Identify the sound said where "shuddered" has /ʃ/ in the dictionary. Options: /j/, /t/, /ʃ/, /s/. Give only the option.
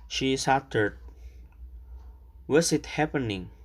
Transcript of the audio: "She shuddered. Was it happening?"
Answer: /s/